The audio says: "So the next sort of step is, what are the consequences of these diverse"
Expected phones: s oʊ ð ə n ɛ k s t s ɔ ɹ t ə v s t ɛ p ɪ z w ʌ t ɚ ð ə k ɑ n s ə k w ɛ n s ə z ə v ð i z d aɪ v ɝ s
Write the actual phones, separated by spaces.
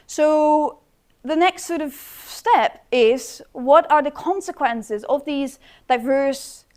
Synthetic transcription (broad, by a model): s oʊ ð ə n ɛ k s t s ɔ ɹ t ə v s t ɛ p ɪ z w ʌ t ɚ ð ə k ɑ n s ə k w ɛ n s ə z ə v ð i z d aɪ v ɝ s